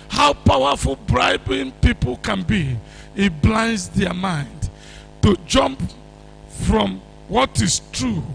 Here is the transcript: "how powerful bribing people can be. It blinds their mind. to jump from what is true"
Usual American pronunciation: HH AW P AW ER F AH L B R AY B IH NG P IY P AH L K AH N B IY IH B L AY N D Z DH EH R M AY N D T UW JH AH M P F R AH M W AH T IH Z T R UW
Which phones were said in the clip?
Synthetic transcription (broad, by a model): HH AW P AW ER F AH L B R AY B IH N P IY P AH L K AH N B IY IH B L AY N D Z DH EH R M AY N D T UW JH AH M P F R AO M W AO T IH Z T R UW